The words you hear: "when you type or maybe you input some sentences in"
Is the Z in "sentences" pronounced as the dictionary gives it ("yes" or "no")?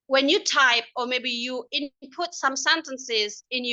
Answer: yes